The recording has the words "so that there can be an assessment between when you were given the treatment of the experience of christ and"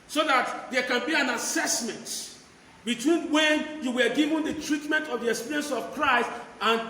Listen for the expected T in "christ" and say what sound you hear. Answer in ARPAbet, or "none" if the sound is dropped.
T